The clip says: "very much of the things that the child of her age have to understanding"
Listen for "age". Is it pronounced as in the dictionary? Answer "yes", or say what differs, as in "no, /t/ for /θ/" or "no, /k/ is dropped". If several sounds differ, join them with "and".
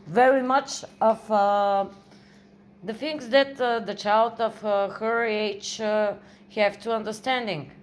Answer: no, /tʃ/ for /dʒ/